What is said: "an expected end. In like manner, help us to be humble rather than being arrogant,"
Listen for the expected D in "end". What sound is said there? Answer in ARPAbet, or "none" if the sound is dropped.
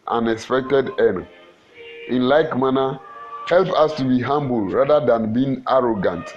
none